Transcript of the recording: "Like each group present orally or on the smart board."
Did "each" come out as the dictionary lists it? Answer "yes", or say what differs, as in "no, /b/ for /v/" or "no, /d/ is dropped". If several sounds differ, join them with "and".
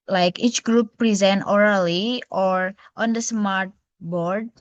yes